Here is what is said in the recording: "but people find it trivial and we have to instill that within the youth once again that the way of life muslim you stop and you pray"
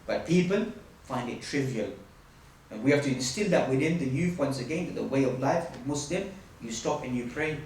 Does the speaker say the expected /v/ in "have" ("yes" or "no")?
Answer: no